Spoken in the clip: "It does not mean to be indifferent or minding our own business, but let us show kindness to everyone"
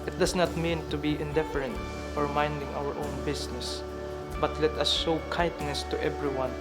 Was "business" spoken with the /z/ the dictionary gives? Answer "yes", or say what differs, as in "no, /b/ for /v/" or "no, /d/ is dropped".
no, /s/ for /z/